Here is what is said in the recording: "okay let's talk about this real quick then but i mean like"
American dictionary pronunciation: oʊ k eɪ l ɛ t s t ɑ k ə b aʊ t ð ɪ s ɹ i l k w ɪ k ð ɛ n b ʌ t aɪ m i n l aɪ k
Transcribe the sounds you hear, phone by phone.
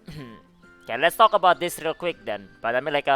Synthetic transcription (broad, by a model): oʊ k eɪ l ɛ t s t ɑ k ə b aʊ t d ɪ s ɹ i l k w ɪ k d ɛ n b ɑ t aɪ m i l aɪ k